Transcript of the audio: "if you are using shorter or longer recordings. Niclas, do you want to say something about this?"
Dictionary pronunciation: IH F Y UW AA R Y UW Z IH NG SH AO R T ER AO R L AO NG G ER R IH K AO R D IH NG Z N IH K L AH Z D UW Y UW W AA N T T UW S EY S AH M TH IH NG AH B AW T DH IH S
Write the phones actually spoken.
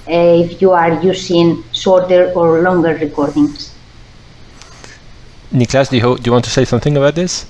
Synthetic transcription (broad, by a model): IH F Y UW AA R Y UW S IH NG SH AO R T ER AO R L AO NG G ER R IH K AO R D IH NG S N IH K L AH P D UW Y UW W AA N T T UW S EY S AH M TH IH NG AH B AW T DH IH S